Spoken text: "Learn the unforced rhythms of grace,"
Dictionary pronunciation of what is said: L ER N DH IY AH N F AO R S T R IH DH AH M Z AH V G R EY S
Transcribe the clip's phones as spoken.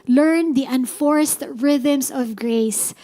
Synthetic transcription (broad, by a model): L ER N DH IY AH N F AO R S T R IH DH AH M S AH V G R EY S